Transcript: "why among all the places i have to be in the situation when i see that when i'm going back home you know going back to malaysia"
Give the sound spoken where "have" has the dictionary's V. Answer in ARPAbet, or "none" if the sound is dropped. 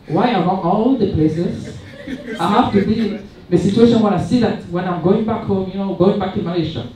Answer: F